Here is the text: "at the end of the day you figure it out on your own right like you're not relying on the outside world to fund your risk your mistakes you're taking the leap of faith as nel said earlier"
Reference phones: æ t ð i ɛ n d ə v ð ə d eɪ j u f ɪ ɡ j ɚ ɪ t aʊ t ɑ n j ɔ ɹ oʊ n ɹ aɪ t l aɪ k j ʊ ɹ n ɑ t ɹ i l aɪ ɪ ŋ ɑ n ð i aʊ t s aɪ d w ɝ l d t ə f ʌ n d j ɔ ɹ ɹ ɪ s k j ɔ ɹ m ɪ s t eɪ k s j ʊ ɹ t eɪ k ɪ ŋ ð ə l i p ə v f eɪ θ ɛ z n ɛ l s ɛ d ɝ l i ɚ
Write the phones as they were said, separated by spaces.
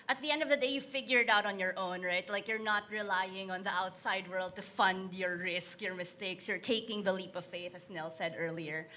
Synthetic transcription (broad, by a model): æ t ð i ɛ n d ə v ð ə d eɪ j u f ɪ ɡ j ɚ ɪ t aʊ t ɑ n j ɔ ɹ oʊ n ɹ aɪ t l aɪ k j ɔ ɹ n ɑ t ɹ i l aɪ ɪ ŋ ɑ n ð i aʊ t s aɪ d w ɝ l d t ə f ʌ n d j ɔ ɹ ɹ ɪ s k j ɔ ɹ m ɪ s t eɪ k s j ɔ ɹ t eɪ k ɪ ŋ ð ə l i p ə v f eɪ θ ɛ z n ɛ l s ɛ d ɝ l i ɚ